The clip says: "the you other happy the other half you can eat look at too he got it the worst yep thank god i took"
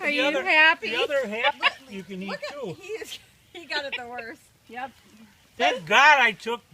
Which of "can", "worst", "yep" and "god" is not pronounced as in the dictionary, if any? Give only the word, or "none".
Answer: none